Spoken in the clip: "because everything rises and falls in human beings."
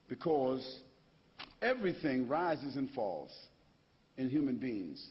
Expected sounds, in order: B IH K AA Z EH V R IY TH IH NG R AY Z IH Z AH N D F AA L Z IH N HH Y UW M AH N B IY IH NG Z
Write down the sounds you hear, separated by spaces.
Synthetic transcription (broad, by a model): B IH K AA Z EH V R IY TH IH NG R AY Z IH Z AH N F AA L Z IH N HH Y UW M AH N B IY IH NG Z